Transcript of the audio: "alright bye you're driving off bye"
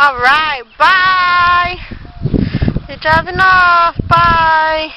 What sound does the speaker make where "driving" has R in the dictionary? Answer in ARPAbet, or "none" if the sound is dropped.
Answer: none